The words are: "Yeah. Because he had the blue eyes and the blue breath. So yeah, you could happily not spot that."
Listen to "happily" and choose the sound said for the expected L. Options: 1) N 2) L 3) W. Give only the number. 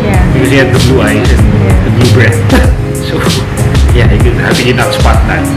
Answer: 1